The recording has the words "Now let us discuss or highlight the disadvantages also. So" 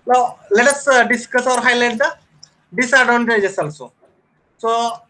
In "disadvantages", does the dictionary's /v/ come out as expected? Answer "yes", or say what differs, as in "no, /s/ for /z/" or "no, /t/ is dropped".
no, /v/ is dropped